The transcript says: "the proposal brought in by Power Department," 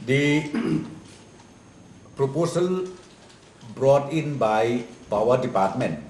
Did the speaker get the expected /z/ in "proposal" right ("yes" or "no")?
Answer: no